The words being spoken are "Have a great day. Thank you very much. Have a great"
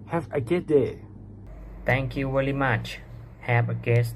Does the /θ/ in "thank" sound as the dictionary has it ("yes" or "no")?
no